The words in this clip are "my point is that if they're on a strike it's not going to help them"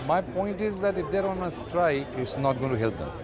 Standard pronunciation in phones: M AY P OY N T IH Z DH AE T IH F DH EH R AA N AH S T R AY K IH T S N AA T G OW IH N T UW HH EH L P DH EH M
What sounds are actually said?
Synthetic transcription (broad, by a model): M AY P OY N T IH Z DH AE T IH F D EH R AA N AH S T R AY IH T S N AA T G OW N T UW HH EH L P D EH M